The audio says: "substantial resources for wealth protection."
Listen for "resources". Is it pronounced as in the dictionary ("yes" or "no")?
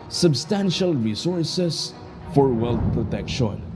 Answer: no